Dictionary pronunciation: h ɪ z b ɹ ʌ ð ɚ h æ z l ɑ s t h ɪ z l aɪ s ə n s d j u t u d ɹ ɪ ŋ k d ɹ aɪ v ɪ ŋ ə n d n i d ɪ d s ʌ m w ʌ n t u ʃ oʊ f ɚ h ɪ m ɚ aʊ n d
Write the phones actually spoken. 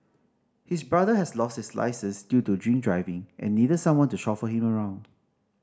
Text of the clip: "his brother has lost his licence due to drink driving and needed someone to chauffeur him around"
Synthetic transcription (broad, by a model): h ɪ s b ɹ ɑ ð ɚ h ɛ s l ɑ s t h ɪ s l aɪ s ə s d j u t u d ɹ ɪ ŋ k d ɹ aɪ v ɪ ŋ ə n n i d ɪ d s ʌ m w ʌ n t u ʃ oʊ f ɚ h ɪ m ɚ aʊ n d